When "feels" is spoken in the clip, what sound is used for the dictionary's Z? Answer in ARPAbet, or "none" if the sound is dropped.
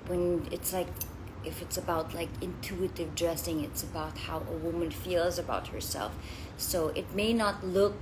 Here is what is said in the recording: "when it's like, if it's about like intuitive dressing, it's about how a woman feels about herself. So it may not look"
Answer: Z